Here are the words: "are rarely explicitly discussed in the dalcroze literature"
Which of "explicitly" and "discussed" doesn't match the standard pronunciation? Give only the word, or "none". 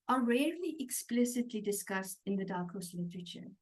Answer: none